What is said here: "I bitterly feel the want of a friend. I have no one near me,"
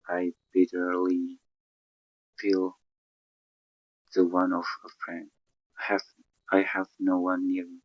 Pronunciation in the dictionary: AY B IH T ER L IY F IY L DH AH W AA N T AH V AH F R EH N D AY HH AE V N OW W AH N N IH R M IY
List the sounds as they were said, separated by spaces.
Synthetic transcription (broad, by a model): AY B IH T ER L IY F IY L DH AH W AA N AH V AH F R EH N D AY HH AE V N OW W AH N N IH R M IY